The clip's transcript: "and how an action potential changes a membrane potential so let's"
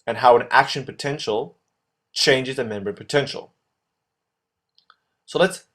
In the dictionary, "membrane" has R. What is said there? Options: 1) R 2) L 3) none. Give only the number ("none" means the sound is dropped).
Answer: 3